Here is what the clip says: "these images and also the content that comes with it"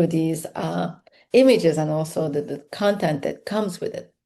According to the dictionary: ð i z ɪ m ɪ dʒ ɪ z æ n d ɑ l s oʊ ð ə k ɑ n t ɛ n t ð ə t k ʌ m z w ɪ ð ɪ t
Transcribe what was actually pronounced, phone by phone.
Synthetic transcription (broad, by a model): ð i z ɪ m ɪ dʒ ɪ z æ n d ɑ l s oʊ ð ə k ɑ n t ɛ n t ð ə t k ʌ m z w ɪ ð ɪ t